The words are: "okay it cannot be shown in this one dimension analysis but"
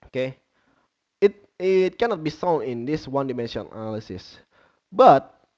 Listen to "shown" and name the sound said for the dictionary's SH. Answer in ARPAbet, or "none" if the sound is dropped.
S